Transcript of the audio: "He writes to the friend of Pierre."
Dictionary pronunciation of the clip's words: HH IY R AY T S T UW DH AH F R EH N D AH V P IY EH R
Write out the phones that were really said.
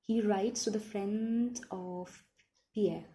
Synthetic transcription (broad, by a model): HH IY R AY T S T UW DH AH F R EH N D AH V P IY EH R